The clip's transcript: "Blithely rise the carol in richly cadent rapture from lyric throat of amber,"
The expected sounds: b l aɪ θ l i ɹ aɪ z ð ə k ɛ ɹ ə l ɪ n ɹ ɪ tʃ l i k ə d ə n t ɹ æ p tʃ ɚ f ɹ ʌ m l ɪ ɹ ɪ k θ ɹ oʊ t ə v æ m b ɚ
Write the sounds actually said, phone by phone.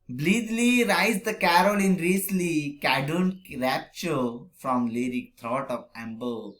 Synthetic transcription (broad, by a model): b l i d l i ɹ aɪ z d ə k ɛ ɹ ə l ɪ n ɹ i s l i k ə d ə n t ɹ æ p tʃ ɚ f ɹ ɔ m l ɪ ɹ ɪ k t ɹ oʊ t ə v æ m b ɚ